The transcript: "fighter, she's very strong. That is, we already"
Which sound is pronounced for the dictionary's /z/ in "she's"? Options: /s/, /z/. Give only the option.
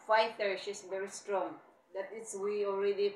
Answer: /s/